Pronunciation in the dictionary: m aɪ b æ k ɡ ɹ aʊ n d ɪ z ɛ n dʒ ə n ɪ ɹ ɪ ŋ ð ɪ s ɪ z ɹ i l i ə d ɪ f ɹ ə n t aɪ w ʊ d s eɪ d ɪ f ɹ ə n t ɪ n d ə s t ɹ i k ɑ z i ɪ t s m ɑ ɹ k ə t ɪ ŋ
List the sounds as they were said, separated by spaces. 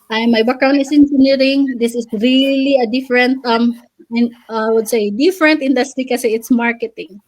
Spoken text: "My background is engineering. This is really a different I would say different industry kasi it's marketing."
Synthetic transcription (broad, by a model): m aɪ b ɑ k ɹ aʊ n ɪ s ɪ n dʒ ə n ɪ ɹ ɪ ŋ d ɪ s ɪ s ɹ i l i ə d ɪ f ɹ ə n t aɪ w ʊ d s eɪ d ɪ f ɹ ə n t ɪ n d ə s t ɹ i k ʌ s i ɪ t s m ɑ ɹ k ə t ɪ ŋ